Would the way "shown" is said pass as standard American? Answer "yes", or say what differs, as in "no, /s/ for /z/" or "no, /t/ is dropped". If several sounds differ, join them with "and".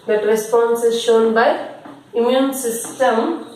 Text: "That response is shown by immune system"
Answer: yes